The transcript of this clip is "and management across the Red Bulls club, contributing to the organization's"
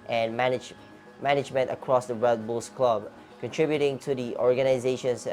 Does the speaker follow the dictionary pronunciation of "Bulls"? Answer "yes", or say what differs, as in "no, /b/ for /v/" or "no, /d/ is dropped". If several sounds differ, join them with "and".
no, /s/ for /z/